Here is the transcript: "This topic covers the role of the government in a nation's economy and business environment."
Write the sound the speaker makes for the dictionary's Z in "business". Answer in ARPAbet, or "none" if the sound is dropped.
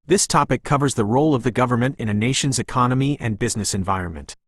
Z